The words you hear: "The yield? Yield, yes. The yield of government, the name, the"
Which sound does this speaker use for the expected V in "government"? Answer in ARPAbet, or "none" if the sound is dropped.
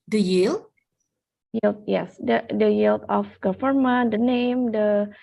F